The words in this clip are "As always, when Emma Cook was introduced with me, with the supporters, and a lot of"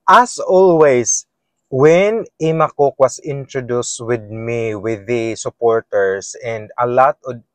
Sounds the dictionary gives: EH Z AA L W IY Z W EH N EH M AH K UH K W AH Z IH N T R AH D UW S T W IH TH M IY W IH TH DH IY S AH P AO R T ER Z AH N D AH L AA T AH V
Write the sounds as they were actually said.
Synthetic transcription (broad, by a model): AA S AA L W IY S W EH N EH M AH K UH K W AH S IH N T R AH D UW S T W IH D M IY W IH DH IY S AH P AO R T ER S AH N D AH L AA T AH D